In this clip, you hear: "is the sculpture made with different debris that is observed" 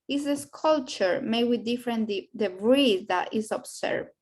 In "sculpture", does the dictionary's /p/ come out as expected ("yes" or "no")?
no